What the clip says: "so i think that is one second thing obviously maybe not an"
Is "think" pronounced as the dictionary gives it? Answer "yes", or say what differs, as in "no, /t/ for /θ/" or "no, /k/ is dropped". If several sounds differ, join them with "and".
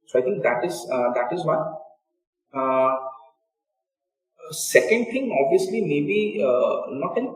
no, /t/ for /θ/